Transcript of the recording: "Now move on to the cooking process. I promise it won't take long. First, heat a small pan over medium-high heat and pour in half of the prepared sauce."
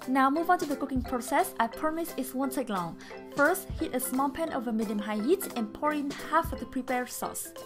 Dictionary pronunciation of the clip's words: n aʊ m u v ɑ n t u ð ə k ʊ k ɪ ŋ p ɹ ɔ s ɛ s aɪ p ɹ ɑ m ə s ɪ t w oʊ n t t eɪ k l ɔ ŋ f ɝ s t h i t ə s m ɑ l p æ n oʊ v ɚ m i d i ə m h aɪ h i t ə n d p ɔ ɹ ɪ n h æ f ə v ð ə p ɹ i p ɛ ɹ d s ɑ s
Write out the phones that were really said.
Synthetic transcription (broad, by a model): n aʊ m u v ɑ n t u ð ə k ʊ k ɪ ŋ p ɹ ɔ s ɛ s aɪ p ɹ m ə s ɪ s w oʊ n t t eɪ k l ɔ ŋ f ɝ s t h i t ə s m ɑ l p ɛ n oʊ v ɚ m i d i ə m h aɪ h i t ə n p ɔ ɹ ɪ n h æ f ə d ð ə p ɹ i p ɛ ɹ s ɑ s